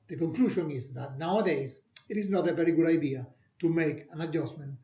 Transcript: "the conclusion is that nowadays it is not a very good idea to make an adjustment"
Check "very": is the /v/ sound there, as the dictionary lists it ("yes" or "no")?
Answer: no